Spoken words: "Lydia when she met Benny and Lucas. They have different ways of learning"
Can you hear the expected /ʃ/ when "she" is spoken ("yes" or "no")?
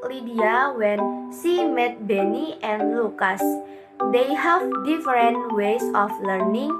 no